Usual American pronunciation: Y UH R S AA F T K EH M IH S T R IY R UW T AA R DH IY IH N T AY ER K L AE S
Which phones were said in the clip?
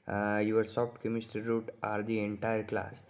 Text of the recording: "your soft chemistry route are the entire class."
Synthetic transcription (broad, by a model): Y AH R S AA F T K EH M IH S T IY R UW T AA R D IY IH N T AY ER K L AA S